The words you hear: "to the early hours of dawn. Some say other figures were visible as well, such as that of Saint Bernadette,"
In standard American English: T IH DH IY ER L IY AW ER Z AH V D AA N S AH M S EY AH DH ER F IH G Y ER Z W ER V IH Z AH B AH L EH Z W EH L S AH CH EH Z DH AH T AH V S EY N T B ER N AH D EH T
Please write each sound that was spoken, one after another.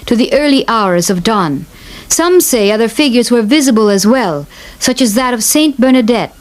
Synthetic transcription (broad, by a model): T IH DH IY ER L IY AW ER Z AH V D AA N S AH M S EY AH DH ER F IH G Y ER Z W ER V IH Z AH B AH L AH Z W EH L S AH CH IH Z DH AH T AH V S EY N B ER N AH D EH T